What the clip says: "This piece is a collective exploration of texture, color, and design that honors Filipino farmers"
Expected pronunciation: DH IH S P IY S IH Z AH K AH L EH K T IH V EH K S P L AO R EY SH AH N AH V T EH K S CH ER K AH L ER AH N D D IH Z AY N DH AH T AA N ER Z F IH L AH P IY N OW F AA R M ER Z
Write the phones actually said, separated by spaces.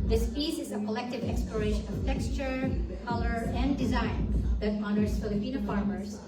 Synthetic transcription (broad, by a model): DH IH S F IY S IH Z AH K AH L EH K T IH V EH K S P L AO R EY SH AH N AH V T EH K S CH ER K AH L ER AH N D D IH Z AY N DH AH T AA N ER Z F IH L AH P IY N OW F AA R M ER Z